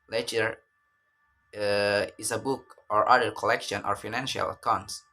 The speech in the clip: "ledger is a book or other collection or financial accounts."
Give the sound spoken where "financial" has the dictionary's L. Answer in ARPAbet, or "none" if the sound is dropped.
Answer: L